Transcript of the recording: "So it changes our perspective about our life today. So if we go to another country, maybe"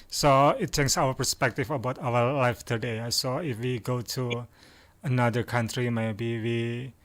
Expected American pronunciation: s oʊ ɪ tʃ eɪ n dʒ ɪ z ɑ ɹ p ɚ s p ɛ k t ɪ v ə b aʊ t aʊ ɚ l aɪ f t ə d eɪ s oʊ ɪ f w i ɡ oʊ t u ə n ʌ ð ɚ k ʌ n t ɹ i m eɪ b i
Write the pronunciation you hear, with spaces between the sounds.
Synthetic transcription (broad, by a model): s oʊ ɪ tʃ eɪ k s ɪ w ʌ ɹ p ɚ s p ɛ k t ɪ f ə b aʊ t aʊ ɚ l aɪ f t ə d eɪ s oʊ ɪ f w i ɡ oʊ t u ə n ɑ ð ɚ k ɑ n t ɹ i m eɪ b i